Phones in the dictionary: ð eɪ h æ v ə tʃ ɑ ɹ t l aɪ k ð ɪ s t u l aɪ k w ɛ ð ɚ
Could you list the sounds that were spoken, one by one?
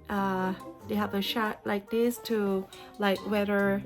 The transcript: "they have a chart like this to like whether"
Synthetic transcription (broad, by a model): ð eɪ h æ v ə ʃ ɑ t l aɪ k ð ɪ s t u l aɪ k w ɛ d ɚ